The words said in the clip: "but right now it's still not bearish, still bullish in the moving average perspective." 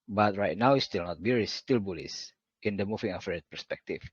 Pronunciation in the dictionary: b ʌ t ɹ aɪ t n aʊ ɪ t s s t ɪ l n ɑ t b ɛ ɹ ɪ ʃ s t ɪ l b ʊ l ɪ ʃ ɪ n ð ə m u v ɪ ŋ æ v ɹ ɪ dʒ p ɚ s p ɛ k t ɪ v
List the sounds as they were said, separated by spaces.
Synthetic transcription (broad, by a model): b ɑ t ɹ aɪ t n aʊ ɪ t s s t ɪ l n ɑ t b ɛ ɹ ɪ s t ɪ l b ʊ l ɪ s ɪ n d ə m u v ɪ ŋ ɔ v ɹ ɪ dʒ p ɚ s p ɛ k t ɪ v